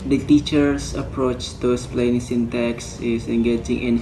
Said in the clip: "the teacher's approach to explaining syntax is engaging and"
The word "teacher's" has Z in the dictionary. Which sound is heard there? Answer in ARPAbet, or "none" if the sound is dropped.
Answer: S